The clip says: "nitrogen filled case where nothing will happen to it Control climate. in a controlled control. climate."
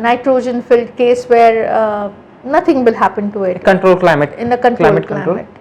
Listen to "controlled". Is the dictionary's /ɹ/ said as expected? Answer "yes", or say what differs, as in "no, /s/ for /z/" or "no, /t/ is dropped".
no, /l/ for /ɹ/